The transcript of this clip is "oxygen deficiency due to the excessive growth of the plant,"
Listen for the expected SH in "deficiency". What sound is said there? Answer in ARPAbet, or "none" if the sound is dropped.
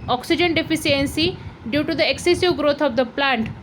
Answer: S